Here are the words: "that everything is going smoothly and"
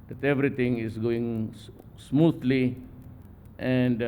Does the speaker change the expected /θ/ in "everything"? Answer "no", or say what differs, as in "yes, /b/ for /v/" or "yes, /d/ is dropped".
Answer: yes, /t/ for /θ/